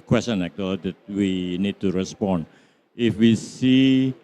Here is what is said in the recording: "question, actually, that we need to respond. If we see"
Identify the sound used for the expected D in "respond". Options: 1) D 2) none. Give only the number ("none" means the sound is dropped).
2